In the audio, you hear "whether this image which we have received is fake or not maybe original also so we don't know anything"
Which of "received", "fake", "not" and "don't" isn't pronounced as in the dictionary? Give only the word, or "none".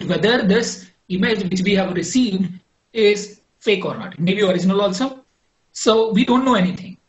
none